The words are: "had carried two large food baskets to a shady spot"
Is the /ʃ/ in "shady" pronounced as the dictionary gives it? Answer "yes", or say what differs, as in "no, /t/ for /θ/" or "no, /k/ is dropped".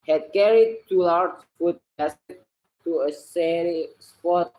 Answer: no, /s/ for /ʃ/